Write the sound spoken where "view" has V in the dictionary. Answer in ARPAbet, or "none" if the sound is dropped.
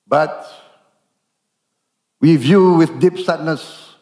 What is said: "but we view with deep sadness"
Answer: V